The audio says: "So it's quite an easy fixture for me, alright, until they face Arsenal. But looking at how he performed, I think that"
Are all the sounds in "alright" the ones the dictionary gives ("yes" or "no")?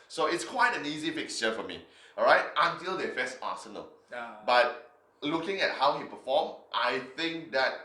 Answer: no